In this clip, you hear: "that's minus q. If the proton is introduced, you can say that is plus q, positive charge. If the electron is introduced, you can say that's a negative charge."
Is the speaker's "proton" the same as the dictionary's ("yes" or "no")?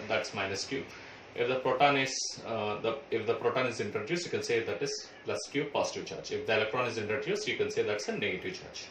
yes